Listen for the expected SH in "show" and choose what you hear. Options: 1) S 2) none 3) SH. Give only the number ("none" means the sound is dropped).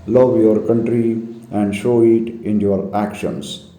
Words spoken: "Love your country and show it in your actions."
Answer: 3